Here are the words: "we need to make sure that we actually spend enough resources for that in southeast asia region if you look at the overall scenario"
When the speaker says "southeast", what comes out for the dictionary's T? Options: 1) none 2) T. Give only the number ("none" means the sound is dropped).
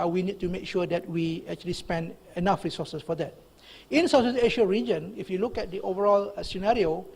1